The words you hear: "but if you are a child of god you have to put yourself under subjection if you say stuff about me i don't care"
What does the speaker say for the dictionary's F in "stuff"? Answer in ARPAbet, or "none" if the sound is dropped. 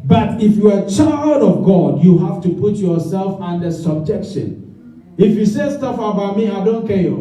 F